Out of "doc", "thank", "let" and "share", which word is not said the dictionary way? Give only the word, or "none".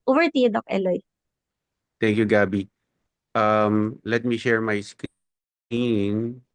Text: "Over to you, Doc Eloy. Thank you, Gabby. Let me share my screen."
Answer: thank